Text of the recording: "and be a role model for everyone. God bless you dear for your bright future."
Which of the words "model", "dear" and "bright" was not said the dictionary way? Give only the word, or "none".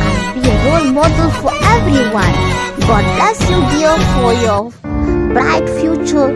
dear